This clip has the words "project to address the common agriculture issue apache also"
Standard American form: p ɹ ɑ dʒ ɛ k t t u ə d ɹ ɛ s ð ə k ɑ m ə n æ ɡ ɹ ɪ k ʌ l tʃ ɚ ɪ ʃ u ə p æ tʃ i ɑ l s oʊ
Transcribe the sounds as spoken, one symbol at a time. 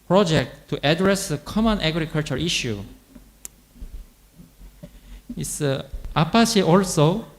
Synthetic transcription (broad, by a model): p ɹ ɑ dʒ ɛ k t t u ə d ɹ ɛ s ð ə k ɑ m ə n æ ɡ ɹ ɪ k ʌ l tʃ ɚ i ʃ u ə p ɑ ʃ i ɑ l s oʊ